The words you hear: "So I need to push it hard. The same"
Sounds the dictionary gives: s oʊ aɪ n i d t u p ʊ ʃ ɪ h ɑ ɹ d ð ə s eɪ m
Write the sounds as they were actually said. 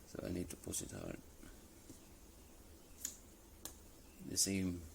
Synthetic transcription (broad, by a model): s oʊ aɪ n i d t u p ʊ s ɪ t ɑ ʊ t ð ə s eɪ m